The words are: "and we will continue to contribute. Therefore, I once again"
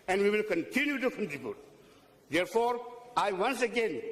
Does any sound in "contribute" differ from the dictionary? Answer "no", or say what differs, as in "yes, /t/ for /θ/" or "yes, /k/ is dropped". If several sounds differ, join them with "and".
yes, /ɹ/ is dropped